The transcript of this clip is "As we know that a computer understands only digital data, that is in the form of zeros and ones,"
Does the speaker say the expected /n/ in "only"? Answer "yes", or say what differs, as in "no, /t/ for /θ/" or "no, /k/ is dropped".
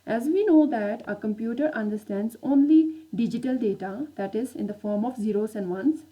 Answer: yes